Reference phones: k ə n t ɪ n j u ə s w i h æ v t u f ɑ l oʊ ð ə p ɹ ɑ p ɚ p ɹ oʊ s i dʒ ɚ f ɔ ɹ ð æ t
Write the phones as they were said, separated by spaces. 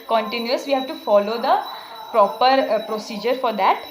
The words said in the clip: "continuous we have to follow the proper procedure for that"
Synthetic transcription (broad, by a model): k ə n t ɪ n j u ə s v i h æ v t u f ɑ l oʊ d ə p ɹ ɑ p ɚ p ɹ oʊ s i dʒ ɚ f ɔ ɹ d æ t